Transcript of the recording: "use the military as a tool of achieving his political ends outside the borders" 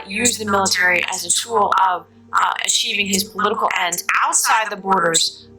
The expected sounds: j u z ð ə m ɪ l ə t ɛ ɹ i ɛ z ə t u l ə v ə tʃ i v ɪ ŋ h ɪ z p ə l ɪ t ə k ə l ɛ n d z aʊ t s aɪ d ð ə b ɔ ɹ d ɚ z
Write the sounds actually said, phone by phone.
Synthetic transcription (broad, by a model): j u z ð ə m ɪ l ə t ɛ ɹ i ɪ z ə t u l ə v ə tʃ i v ɪ ŋ ɪ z p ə l ɪ t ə k l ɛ n d aʊ t s aɪ d ð ə b ɔ ɹ d ɚ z